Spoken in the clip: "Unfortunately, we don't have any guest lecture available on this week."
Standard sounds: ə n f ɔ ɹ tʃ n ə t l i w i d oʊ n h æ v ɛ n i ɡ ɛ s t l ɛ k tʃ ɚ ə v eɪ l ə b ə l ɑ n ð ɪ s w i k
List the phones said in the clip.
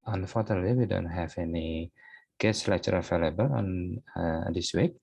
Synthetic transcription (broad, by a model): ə n f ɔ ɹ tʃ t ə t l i w i d oʊ n h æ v ɛ n i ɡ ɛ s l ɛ tʃ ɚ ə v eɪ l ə b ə l ɑ n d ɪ s w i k